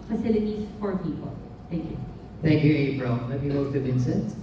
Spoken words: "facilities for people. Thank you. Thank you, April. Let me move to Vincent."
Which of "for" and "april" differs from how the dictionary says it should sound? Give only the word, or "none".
april